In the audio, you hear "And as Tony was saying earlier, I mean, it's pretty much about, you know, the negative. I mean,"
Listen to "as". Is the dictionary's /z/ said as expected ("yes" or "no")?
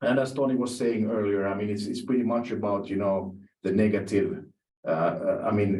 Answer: no